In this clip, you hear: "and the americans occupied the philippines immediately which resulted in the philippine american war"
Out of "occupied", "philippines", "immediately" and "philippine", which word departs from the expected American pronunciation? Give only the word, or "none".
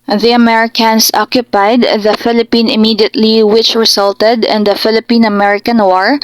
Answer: philippines